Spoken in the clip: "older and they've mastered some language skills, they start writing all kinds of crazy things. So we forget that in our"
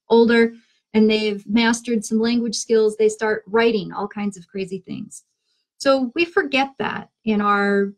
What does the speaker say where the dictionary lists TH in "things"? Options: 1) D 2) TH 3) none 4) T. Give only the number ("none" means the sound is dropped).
2